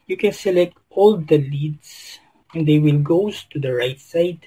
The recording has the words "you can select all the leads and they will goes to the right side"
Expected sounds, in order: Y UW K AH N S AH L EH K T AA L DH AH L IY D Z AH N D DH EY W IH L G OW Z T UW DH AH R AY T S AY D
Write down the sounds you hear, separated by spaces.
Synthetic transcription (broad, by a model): Y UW K AH N S AH L EH K T AA L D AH L IY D S AH N D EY W IH L G OW S T UW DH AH R AY T S AY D